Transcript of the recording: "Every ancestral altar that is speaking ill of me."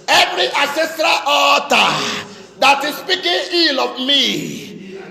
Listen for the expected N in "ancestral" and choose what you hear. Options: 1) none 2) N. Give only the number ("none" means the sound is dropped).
1